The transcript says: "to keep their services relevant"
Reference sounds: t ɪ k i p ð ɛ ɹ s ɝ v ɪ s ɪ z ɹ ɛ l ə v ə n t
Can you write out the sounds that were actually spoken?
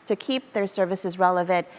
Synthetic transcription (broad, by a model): t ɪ k i p ð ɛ ɹ s ɝ v ɪ s ɪ z ɹ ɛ l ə v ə n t